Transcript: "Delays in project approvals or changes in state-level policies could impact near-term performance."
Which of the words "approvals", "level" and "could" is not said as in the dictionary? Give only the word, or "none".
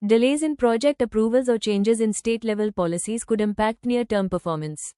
none